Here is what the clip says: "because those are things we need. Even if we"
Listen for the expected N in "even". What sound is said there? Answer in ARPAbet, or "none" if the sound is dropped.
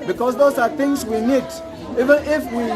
N